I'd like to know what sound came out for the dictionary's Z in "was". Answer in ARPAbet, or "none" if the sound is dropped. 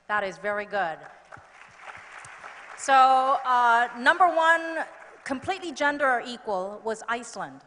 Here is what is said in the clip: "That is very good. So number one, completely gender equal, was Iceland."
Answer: Z